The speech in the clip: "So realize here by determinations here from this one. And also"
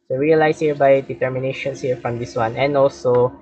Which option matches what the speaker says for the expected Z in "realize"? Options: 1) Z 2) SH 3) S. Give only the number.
3